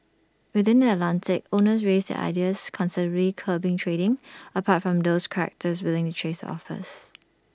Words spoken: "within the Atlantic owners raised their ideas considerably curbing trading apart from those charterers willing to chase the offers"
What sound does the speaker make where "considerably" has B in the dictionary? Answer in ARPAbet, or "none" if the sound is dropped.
none